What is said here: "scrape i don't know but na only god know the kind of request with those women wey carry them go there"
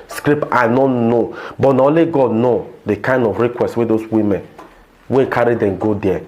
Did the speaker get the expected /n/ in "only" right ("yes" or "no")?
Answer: no